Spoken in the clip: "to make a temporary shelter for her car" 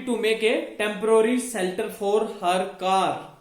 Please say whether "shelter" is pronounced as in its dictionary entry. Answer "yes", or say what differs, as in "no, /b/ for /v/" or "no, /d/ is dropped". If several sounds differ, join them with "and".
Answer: no, /s/ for /ʃ/